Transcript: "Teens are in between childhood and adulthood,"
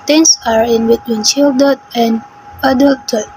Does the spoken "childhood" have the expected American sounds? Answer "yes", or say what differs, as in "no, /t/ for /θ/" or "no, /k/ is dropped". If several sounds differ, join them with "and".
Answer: no, /ʃ/ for /tʃ/